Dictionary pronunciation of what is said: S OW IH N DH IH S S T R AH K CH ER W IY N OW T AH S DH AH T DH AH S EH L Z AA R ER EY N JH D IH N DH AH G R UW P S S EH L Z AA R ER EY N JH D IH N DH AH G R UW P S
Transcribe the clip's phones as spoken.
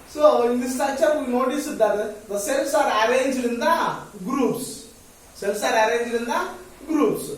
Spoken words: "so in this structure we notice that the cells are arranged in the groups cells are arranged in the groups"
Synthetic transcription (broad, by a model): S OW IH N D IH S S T AH CH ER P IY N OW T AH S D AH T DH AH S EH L S AA R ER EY N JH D IH N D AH G R UW P S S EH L S AA R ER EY N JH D IH N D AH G R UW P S